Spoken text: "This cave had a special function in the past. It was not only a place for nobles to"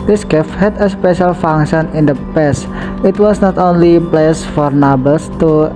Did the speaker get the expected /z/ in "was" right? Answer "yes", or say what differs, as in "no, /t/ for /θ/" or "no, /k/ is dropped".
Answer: no, /s/ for /z/